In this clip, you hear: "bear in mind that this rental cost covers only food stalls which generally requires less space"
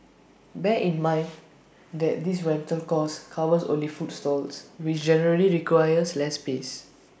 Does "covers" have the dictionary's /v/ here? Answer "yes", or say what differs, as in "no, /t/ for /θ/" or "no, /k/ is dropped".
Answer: no, /w/ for /v/